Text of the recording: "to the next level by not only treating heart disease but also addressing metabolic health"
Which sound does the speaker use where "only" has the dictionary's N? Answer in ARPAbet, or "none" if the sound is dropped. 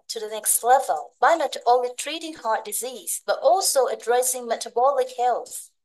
none